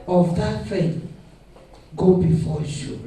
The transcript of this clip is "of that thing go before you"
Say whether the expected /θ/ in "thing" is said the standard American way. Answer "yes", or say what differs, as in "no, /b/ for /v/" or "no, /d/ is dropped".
no, /f/ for /θ/